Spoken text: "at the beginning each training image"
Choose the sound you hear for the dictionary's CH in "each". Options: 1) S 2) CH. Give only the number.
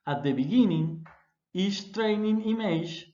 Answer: 1